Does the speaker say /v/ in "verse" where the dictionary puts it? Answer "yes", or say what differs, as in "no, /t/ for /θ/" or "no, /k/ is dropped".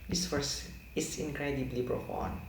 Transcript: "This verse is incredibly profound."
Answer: no, /f/ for /v/